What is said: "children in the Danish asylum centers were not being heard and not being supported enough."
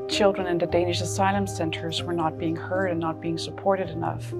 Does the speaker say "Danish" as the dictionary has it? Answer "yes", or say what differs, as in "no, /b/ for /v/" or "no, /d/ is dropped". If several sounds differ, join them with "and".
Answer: yes